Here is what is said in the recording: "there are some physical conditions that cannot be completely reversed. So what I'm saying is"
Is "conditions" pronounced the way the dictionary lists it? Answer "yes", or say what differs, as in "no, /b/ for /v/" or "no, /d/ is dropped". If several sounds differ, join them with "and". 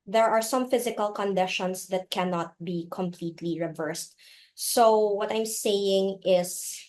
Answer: no, /s/ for /z/